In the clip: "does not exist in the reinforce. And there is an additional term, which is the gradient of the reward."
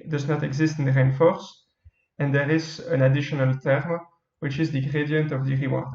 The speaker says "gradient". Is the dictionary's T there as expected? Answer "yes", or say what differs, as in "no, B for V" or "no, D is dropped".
yes